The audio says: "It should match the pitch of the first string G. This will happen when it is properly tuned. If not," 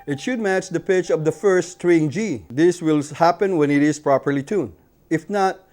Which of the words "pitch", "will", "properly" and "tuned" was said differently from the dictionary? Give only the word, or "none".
tuned